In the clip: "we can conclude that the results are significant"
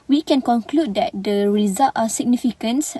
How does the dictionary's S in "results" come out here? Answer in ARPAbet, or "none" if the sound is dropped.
none